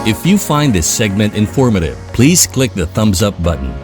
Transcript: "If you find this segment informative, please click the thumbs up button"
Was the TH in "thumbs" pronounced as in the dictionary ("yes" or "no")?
yes